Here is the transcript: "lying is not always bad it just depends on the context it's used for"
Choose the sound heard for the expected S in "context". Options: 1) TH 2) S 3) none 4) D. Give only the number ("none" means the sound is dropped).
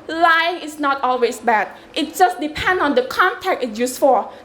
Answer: 3